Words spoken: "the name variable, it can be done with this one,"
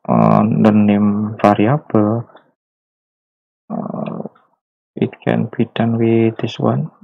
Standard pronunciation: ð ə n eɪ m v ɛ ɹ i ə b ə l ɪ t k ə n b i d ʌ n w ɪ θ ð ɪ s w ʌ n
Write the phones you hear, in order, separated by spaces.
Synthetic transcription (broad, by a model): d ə n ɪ m f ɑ ɹ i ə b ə l ɪ t k ə n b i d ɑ n w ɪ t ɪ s w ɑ n